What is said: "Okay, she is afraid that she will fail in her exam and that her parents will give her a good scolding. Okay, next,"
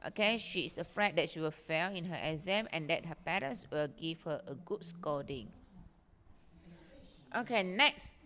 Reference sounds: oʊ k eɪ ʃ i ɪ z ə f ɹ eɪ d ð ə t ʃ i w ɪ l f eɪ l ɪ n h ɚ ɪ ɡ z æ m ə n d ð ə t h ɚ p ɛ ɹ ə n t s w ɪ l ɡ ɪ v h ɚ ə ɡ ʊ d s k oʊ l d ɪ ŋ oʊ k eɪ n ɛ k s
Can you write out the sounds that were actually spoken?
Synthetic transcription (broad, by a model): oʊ k eɪ ʃ i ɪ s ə f ɹ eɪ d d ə t ʃ i w ɪ l f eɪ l ɪ n h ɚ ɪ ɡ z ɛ m ə n d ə t h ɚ p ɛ ɹ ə n s w ɪ l ɡ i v h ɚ ə ɡ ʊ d s k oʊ d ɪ ŋ oʊ k eɪ n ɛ k s